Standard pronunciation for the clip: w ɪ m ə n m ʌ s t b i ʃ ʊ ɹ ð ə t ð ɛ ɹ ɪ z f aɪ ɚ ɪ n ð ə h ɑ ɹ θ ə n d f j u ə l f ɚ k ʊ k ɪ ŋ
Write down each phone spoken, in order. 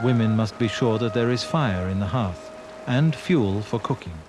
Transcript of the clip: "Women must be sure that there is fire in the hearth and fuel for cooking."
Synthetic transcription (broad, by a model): w ɪ m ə n m ʌ s t b i ʃ ʊ ɹ ð ə t ð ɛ ɹ ɪ z f aɪ ɚ ɪ n ð ə h ɑ ɹ θ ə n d f j u l f ɚ k ʊ k ɪ ŋ